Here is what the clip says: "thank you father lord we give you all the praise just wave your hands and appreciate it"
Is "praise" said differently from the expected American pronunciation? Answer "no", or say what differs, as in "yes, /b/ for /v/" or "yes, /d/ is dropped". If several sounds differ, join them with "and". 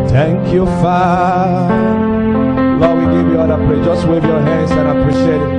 yes, /z/ is dropped